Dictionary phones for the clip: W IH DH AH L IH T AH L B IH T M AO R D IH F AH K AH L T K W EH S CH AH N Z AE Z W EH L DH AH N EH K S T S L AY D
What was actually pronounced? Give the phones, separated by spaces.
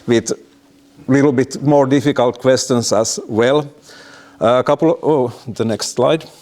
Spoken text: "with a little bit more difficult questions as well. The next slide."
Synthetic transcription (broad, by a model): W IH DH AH L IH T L B IH T M AO R D IH F AH K AH L T K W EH S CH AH N S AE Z W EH L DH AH N EH K S T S L AY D